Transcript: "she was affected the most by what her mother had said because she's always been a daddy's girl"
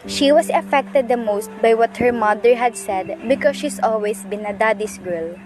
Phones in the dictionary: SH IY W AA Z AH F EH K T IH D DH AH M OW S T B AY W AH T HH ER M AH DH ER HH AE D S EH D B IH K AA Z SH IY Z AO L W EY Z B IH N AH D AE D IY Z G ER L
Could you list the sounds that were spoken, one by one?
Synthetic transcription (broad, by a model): SH IY W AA S AH F EH K T IH D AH M OW S T B AY W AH T HH ER M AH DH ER HH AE D S EH D B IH K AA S SH IY S AO L W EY S B IH N AH D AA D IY S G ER L